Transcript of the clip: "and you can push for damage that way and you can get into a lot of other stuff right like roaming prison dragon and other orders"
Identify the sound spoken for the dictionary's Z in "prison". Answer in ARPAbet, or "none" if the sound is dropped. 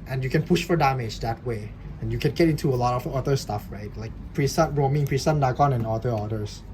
S